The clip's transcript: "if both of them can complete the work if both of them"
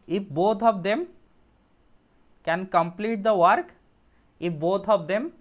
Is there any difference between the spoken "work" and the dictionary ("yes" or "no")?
no